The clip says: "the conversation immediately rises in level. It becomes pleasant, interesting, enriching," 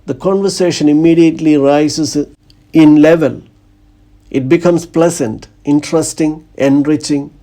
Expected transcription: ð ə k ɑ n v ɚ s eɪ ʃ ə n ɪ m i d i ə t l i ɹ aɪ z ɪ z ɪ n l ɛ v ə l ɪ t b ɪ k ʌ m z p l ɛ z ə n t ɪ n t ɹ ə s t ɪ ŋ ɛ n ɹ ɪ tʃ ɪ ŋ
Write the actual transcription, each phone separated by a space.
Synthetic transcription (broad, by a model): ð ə k ɑ n v ɚ s eɪ ʃ ə n ɪ m i d i ə t l i ɹ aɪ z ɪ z ɪ n l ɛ v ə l ɪ t b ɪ k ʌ m s p l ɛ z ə n t ɪ n t ɹ ə s t ɪ ŋ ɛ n ɹ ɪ tʃ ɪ ŋ